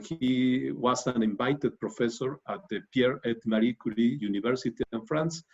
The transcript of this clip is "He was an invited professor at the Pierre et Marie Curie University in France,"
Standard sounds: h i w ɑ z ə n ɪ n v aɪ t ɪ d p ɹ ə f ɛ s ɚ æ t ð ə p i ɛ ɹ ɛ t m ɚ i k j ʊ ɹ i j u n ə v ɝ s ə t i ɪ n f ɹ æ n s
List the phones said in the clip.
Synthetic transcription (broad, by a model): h i w ɑ s ə n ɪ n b aɪ t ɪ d p ɹ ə f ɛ s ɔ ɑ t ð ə p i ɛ ɹ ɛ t m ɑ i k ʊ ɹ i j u n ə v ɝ s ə t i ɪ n f ɹ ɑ n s